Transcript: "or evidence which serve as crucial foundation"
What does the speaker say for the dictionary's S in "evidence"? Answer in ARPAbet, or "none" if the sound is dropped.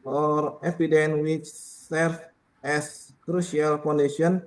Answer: none